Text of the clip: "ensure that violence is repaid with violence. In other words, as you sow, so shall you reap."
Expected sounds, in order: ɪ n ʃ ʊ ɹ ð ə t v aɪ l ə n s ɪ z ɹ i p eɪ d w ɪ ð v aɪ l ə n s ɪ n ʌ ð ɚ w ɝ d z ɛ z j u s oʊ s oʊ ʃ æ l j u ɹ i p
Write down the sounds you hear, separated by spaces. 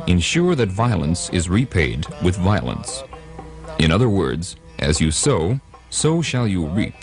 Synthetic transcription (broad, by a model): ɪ n ʃ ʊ ɹ ð ə t v aɪ l ə n s ɪ z ɹ i p eɪ d w ɪ ð v aɪ l ə n s ɪ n ʌ ð ɚ w ɝ d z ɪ z j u s oʊ s oʊ ʃ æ l j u ɹ i